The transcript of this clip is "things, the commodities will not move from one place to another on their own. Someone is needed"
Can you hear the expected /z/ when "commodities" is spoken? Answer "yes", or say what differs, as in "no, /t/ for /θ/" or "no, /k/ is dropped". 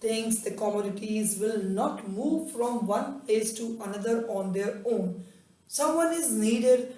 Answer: yes